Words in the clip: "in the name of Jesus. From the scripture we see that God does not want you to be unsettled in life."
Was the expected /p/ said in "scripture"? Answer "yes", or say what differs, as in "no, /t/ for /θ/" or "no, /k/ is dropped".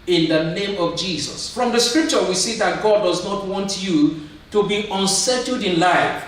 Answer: yes